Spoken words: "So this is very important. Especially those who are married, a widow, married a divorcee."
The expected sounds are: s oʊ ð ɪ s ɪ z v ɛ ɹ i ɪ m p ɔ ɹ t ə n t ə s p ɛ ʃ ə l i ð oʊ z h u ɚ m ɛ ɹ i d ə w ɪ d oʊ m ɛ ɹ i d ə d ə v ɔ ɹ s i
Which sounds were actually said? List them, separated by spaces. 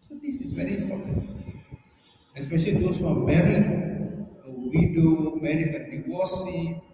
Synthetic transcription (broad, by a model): s oʊ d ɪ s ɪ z v ɛ ɹ i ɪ m p ɔ t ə n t ə s p ɛ ʃ ə l i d oʊ s h u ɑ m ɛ ɹ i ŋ ə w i d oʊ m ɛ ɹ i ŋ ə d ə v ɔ s i